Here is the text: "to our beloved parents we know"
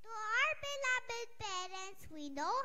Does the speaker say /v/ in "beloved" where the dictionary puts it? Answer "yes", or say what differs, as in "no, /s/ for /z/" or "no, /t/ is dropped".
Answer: no, /b/ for /v/